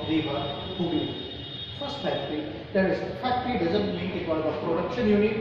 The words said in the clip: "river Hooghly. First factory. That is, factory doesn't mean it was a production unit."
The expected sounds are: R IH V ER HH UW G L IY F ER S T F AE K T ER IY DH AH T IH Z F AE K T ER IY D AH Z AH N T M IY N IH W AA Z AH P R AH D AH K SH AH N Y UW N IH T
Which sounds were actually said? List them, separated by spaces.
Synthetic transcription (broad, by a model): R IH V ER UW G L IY F ER S T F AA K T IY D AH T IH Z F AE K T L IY D AH Z AH N T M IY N IH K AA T AH P R AH D AH K SH AH N Y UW N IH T